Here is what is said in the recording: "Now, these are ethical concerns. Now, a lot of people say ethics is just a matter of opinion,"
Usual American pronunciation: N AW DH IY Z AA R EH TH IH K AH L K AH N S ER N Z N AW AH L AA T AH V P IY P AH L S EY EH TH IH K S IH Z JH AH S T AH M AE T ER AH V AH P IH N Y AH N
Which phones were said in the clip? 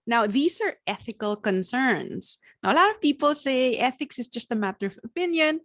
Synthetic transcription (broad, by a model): N AW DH IY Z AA R EH TH IH K AH L K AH N S ER N S N AW AH L AA T AH V P IY P AH L S EY EH TH IH K S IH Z JH AH S T AH M AE T ER AH V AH P IH N Y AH N